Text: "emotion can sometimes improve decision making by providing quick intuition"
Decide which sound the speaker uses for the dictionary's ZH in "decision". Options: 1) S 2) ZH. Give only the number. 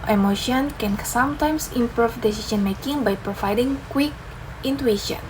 1